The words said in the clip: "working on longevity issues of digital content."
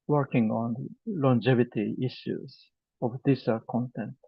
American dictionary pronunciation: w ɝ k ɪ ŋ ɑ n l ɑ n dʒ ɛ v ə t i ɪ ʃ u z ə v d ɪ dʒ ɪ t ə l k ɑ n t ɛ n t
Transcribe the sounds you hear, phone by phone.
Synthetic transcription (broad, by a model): w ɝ k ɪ ŋ ɑ n l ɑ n dʒ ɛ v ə t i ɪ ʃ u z ə v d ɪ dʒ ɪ s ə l k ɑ n t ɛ n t